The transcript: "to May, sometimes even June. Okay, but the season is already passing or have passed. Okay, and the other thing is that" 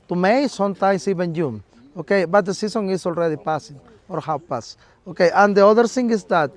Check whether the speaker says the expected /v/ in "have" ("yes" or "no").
no